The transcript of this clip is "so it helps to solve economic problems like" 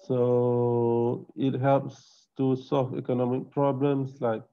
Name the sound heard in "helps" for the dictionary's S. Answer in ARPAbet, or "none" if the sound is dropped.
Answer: S